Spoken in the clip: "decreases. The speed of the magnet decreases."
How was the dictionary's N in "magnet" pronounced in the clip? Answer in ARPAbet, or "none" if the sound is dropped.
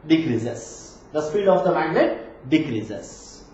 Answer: L